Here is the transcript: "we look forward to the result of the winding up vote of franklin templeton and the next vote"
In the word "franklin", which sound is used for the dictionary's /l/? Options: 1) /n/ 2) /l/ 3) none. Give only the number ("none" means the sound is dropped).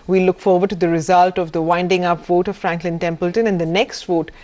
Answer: 2